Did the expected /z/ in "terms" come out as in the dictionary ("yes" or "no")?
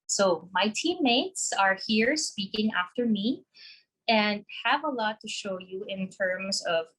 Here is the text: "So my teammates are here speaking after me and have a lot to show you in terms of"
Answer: yes